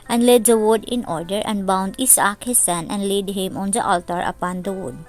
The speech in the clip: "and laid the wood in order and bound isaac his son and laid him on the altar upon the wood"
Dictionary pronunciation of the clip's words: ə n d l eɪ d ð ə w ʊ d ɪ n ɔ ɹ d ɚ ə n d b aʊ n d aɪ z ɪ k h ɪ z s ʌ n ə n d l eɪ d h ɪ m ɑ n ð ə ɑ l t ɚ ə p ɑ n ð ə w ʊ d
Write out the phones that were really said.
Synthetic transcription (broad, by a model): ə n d l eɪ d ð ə w ʊ d ɪ n ɔ ɹ d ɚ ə n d b aʊ n d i s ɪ k h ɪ s ʌ n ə n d l eɪ d h ɪ m ɑ n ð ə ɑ l t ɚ ə p ɑ n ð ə w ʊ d